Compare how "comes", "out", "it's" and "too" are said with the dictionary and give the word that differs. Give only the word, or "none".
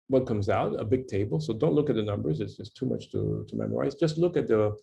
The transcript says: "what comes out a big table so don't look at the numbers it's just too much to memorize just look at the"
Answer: none